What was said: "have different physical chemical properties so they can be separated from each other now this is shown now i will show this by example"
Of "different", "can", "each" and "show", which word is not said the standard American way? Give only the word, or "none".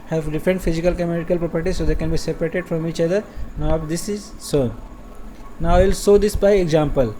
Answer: show